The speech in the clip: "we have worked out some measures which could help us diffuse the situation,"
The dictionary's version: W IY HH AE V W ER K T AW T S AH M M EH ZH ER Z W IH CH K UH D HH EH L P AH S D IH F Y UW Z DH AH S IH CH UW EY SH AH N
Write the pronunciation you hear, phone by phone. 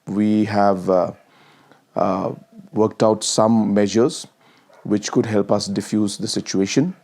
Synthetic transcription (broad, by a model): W IY HH AE V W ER K T AW T S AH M M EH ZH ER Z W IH CH K UH D HH EH L P AH S D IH F Y UW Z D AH S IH CH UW EY SH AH N